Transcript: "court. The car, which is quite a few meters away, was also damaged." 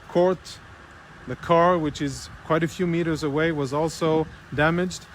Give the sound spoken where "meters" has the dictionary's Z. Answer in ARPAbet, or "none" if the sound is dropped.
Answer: Z